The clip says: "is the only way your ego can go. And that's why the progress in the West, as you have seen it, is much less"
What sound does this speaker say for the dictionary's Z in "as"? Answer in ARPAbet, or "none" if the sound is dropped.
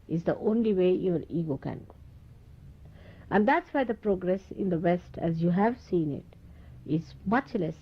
Z